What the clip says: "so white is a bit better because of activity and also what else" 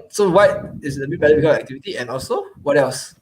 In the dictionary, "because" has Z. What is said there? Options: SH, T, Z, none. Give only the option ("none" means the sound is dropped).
none